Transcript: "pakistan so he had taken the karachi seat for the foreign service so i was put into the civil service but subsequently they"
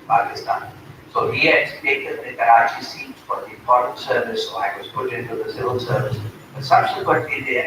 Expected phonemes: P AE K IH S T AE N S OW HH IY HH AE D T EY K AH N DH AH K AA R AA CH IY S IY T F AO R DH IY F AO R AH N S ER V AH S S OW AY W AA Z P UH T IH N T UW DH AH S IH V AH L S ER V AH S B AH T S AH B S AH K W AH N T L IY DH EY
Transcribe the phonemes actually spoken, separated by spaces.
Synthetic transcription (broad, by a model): P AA K IH S T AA N S OW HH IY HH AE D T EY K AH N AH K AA R AA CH IY S IY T F AO R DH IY P AO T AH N S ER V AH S S OW AY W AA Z P UH T IH N T UW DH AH S IH V AH L S ER V AH S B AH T S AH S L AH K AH T IY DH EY